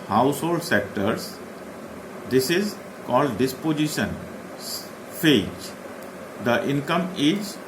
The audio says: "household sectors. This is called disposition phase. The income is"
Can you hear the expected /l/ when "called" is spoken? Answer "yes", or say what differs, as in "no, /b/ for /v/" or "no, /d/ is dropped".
yes